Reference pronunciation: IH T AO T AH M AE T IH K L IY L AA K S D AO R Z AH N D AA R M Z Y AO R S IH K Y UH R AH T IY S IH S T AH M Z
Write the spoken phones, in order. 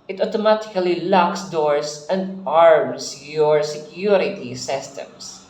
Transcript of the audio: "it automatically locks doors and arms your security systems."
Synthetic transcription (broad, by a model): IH T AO T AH M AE T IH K L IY L AA K S D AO R S AH N D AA R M S Y AO R S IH K Y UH R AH T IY S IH S T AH M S